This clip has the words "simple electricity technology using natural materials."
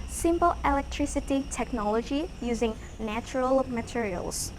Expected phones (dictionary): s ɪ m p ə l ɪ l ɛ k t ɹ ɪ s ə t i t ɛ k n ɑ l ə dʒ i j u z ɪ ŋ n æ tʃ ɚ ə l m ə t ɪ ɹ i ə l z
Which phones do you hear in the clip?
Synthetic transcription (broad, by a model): s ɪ m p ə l ɪ l ɛ k t ɹ ɪ s ə t i t ɛ k n ɑ l ə dʒ i j u z ɪ ŋ n æ tʃ ɚ ə l m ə t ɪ ɹ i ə l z